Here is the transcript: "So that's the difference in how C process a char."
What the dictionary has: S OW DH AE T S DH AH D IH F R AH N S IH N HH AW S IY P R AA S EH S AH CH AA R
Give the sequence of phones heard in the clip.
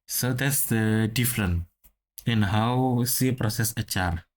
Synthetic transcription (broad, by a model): S OW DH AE T S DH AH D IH F R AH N IH N HH AW S IY P R AA S EH S AH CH AA R